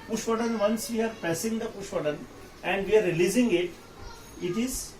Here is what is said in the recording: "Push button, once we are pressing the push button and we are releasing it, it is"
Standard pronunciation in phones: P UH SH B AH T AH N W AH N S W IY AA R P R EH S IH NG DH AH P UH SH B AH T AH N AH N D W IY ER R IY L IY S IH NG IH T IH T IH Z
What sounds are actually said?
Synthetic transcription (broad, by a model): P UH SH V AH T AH N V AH N S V IY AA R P EH S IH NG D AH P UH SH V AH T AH N AH N D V IY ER R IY L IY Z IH NG IH T IH T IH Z